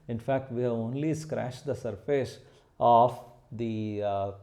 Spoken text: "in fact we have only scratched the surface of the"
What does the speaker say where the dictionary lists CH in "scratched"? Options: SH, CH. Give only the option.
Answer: SH